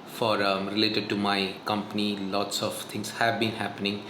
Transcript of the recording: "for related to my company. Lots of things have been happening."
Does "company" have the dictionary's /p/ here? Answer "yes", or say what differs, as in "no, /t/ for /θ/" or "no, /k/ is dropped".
yes